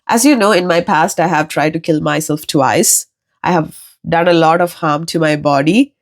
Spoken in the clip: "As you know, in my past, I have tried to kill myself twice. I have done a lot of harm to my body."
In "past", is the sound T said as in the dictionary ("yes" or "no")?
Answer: yes